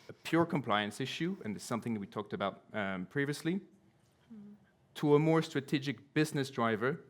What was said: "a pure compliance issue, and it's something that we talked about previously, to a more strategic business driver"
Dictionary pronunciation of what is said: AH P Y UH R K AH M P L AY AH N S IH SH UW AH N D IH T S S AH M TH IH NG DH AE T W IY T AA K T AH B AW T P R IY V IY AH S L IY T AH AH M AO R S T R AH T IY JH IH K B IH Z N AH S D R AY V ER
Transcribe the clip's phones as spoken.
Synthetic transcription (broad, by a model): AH P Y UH R K AH M P L AY AH N S IH SH UW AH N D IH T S S AH M TH IH NG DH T W IY T AA K T AH B AW T P R IY V IY AH S L IY T AH AH M AO R S T R AH T IY JH IH K B IH Z N AH S D R AY V ER